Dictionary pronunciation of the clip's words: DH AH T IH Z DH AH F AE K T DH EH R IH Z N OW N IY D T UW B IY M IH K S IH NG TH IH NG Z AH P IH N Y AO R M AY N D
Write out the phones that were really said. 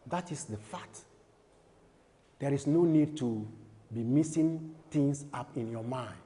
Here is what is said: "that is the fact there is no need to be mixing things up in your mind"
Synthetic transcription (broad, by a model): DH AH T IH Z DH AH F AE K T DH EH R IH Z N OW N IY D T UW B IY M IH S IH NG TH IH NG S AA P IH N Y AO M AY N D